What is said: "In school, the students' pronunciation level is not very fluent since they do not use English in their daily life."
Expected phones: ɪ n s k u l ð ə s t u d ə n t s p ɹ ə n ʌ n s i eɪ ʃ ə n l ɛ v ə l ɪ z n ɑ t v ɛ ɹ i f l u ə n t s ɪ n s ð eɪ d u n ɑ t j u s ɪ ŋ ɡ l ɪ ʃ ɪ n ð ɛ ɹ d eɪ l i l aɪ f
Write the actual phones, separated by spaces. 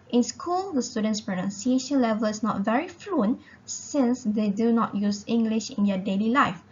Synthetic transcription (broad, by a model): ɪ n s k u l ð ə s t u d ə n t s p ɹ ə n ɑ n s i eɪ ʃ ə n l ɛ v ə l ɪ s n ɑ t v ɛ ɹ i f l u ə n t s ɪ n s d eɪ d u n ɑ t j u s ɪ ŋ ɡ l ɪ ʃ ɪ n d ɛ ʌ d eɪ l i l aɪ f